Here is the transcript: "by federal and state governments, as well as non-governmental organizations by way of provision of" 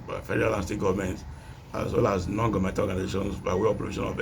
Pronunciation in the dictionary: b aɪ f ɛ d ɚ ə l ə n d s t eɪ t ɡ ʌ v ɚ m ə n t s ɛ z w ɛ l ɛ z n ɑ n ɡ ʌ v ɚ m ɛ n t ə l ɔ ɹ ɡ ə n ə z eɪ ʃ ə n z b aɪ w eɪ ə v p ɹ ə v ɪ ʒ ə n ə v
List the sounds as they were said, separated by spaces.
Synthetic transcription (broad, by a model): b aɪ f ɛ d ɚ ə l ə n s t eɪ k ɡ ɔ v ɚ m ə n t ɑ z w ɛ l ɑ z n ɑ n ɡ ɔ m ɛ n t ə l ɔ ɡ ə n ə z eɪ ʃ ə n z b aɪ w eɪ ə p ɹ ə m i ʃ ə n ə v